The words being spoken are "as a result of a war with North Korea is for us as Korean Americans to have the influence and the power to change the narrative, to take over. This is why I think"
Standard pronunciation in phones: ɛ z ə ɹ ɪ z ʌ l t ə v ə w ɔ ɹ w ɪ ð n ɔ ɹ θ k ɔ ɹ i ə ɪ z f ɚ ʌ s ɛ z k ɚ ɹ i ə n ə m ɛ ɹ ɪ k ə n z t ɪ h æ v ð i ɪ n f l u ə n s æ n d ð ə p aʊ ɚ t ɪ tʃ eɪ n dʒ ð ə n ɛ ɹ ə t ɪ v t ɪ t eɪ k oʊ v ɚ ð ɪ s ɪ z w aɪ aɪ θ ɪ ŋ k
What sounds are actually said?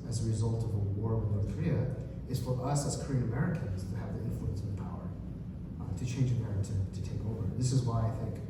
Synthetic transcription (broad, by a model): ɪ z ə ɹ ɪ z ʌ l t ə v ə w ɔ ɹ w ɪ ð n ɔ ɹ θ k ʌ ɹ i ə ɪ z f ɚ ʌ s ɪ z k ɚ ɹ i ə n ə m ɛ ɹ ɪ k ə n z t ɪ v ð i ɪ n f l u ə n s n ð ə p aʊ ɚ t ɪ tʃ eɪ n dʒ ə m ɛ ɹ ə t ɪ t ɪ t eɪ k oʊ v ɚ ð ɪ s ɪ z w aɪ aɪ θ ɪ ŋ k